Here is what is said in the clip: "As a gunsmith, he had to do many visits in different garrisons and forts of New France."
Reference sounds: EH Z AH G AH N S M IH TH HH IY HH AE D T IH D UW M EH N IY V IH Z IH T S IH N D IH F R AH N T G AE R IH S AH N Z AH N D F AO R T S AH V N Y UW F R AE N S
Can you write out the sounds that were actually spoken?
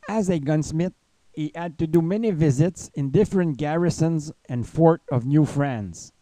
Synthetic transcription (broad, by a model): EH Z AH G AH N S M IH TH HH IY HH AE D T IH D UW M EH N IY V IH Z IH T S IH N D IH F R AH N T G AE R IH S AH N Z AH N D F AO R T AH V N Y UW F R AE N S